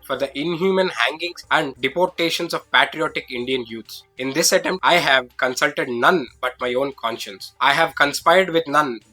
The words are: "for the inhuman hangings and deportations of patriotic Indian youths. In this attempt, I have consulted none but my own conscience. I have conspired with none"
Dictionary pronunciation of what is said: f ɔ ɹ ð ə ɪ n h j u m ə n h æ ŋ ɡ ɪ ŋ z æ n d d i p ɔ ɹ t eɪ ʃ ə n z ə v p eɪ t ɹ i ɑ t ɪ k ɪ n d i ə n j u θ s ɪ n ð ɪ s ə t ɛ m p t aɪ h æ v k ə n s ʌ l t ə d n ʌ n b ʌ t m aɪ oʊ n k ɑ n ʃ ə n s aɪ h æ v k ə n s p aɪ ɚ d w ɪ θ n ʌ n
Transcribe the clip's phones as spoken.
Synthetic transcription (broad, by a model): f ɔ ɹ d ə ɪ n h j u m ə n h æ ŋ ɡ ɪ ŋ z æ n d d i p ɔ ɹ t eɪ ʃ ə n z ə v p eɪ t ɹ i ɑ t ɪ k ɪ n d i ə n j u t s ɪ n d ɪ s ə t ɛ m t aɪ h æ v k ə n s ʌ l t ə d n ʌ n b ʌ t m aɪ oʊ n k ɑ n ʃ ə n s aɪ h æ v k ə n s p aɪ ɚ d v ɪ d n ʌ n